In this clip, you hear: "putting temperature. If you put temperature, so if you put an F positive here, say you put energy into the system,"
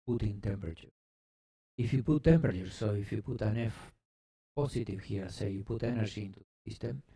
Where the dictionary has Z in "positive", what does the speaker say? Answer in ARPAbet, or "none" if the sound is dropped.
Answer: S